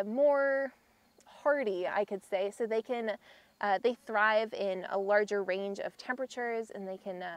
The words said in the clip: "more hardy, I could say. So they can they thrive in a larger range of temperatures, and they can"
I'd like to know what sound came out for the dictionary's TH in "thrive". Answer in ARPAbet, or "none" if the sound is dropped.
TH